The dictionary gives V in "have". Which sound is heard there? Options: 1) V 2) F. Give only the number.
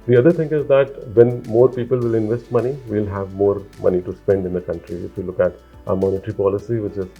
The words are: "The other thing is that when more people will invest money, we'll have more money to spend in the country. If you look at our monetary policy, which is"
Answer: 1